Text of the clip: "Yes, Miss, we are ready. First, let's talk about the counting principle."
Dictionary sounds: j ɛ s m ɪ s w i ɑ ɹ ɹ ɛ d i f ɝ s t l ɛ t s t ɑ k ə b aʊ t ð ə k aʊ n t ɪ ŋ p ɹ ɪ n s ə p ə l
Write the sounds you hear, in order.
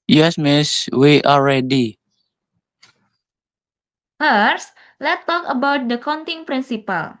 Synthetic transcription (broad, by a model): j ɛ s m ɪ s w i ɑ l ɹ ɛ d i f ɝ s l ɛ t t ɑ k ə b aʊ t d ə k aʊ n t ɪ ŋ p ɹ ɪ n s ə p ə l